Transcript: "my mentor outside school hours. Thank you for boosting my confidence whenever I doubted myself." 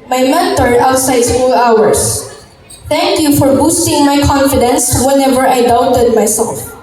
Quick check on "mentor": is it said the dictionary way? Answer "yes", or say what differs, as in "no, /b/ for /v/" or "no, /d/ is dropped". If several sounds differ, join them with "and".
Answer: no, /n/ is dropped